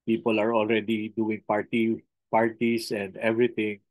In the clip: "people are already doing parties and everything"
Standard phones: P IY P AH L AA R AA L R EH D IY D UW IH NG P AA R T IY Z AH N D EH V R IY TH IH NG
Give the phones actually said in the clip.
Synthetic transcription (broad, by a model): P IY P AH L AA R AA L R EH D IY D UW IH NG P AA R T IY S AH N D EH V R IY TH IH NG